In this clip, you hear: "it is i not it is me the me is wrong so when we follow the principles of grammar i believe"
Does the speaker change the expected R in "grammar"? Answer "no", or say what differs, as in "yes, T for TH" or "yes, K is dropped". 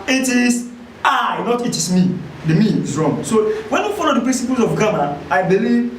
yes, R is dropped